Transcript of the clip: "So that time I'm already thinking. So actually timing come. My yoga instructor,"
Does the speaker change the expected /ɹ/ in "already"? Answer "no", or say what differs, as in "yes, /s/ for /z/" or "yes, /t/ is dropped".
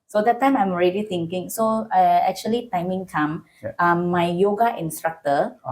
no